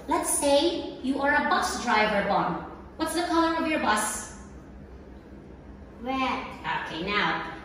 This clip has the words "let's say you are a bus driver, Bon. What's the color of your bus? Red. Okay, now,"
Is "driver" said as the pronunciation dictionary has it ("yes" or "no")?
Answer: yes